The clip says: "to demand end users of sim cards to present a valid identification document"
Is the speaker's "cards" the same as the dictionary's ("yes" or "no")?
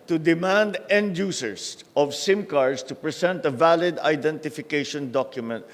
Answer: no